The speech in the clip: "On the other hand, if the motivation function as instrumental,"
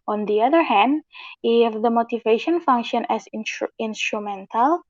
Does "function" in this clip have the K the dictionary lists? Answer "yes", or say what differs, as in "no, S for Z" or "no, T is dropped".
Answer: yes